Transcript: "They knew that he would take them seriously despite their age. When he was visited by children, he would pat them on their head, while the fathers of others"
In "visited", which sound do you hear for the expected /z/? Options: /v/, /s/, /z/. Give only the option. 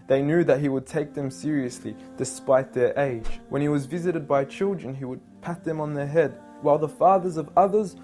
/z/